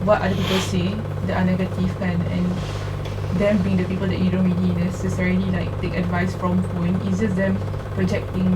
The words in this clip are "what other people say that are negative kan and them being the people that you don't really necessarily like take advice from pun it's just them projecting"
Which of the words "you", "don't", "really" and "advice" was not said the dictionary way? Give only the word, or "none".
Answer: really